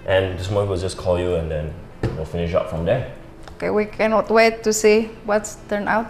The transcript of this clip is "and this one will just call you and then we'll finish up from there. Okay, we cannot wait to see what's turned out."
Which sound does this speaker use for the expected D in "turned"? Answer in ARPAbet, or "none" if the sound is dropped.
none